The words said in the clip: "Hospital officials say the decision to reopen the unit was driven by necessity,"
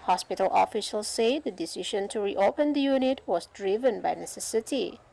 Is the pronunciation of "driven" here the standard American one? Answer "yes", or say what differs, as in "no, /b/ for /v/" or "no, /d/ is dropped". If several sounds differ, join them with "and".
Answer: yes